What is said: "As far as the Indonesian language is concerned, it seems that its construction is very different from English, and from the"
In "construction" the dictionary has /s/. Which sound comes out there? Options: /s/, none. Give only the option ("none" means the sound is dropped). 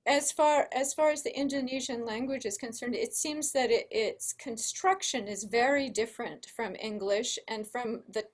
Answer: /s/